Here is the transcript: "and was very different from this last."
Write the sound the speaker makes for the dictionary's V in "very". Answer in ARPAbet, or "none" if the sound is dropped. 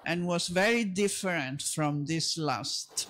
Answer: V